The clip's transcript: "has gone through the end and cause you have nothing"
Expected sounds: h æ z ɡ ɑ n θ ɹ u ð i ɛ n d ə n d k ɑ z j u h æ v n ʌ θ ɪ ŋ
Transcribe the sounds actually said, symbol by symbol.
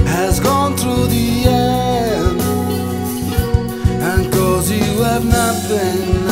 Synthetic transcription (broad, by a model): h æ z ɡ ɑ n θ ɹ u ð i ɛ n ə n k ɑ z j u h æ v n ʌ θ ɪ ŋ